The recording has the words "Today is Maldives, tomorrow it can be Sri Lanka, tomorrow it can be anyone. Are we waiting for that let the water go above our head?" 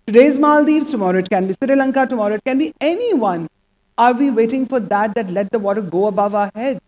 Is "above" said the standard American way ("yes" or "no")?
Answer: yes